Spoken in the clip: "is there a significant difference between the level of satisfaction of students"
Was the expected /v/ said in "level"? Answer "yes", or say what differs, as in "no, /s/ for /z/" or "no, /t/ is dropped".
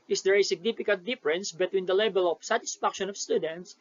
no, /b/ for /v/